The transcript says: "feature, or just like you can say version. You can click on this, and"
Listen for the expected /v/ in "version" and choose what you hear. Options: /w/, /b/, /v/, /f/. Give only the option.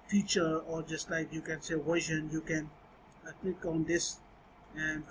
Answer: /w/